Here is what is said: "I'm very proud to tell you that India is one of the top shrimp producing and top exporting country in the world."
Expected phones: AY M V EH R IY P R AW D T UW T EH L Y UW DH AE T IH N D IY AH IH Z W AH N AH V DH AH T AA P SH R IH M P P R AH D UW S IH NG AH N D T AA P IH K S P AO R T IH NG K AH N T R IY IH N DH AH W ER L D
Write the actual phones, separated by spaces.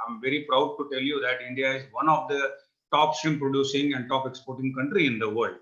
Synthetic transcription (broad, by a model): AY M V EH R IY P R AW D T UW T EH L Y UW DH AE T IH N D IY AH IH Z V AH N AH V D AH T AA P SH IH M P P R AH D UW S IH NG AH N D T AA P IH K S P AO R T IH NG K AH N T R IY IH N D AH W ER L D